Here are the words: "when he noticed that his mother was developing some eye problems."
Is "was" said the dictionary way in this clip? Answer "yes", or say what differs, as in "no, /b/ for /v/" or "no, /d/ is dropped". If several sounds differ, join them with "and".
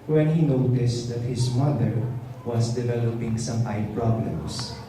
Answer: no, /s/ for /z/